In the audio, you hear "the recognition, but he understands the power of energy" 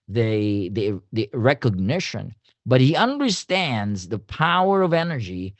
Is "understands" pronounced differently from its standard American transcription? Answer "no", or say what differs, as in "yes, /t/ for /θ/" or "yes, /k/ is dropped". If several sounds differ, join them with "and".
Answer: no